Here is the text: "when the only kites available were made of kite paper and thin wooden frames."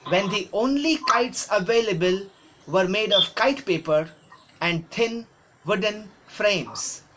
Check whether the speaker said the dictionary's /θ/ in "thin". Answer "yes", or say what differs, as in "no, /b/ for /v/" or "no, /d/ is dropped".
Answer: no, /t/ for /θ/